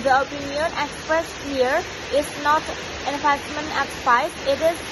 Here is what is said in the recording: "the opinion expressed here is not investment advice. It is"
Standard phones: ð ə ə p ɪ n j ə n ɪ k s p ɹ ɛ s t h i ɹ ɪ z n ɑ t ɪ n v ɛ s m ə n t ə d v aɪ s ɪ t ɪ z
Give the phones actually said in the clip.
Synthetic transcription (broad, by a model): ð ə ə p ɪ n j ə n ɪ k s p ɹ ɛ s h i ɹ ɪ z n ɑ t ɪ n f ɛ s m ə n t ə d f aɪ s ɪ t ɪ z